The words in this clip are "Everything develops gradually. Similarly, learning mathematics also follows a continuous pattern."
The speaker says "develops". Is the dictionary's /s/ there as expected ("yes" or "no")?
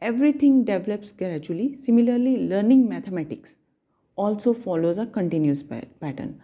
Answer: yes